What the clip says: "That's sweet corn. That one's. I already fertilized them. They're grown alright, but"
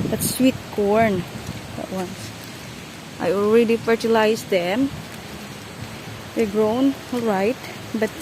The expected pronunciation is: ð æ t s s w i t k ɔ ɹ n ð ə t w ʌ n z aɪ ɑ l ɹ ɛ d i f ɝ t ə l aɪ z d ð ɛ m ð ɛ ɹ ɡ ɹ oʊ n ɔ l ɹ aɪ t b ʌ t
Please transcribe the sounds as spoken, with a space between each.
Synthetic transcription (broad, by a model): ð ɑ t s s w i t k ɔ ɹ n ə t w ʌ n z aɪ ɑ l ɹ ɛ d i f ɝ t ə l aɪ s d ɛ m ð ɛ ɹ ɡ ɹ oʊ n ɔ l ɹ aɪ t b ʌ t